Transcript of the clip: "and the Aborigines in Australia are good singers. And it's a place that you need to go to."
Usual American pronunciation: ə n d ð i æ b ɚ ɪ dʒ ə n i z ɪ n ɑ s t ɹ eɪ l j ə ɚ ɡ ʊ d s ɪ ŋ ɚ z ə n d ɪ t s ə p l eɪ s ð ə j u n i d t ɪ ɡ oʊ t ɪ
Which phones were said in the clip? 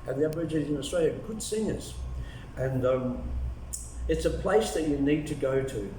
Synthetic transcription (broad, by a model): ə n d ð i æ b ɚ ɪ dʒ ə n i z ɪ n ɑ s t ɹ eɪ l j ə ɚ ɡ ʊ d s ɪ ŋ ɚ z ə n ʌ ɪ t s ə p l eɪ s ð ə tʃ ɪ n i d t ɪ ɡ oʊ t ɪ